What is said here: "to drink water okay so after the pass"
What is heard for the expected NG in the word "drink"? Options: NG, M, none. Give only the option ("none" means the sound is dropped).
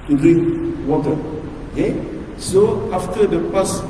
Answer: none